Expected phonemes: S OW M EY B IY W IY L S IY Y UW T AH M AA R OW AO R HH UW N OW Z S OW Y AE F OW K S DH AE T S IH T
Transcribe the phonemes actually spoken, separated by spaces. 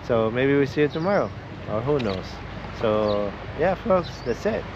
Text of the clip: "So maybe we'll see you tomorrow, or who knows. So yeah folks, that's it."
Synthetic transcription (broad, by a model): S OW M EY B IY W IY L S IY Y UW T AH M AA R OW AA W HH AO N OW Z S OW Y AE F OW K S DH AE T S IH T